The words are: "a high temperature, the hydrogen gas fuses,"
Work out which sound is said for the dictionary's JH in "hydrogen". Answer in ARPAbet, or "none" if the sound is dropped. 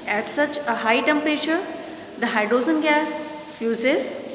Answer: Z